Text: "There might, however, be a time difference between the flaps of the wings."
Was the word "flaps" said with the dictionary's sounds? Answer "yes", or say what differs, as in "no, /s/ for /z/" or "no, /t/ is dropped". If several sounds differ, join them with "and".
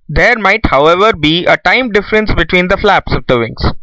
yes